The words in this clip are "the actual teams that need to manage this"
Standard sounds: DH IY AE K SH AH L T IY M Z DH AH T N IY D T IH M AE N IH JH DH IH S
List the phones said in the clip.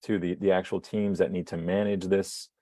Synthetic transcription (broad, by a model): DH IY AE K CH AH L T IY M Z DH AH T N IY D T IH M AE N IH JH DH IH S